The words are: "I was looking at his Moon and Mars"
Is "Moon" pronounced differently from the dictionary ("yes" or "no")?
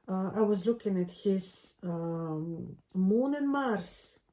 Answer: no